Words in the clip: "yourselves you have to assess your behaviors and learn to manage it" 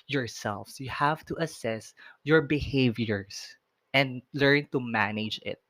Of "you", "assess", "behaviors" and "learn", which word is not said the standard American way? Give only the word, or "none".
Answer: behaviors